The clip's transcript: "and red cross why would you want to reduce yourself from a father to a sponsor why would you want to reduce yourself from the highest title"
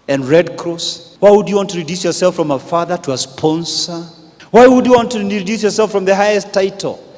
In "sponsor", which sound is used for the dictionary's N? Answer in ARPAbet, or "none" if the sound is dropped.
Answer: N